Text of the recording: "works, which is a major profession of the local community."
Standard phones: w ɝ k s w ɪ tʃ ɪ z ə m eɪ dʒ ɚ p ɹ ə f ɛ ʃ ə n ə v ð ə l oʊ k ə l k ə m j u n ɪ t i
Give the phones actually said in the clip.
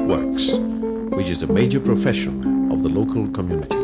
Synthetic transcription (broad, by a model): w ɝ k s w ɪ tʃ ɪ z ə m eɪ dʒ ɚ p ɹ ə f ɛ ʃ ə n ə v ð ə l oʊ k ə l k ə m j u n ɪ t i